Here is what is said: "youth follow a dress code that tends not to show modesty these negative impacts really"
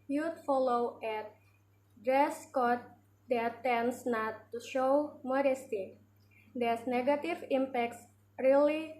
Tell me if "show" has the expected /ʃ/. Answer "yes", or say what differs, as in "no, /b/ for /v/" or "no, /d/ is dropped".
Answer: yes